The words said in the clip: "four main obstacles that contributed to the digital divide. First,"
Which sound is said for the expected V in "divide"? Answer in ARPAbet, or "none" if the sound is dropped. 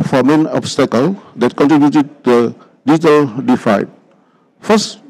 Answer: F